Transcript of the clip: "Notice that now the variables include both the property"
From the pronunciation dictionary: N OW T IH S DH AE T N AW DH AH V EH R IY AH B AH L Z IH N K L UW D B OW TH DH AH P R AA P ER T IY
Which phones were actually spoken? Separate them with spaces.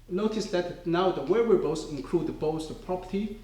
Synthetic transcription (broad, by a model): N OW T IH S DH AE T N AW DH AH W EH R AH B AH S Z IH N K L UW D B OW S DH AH P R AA P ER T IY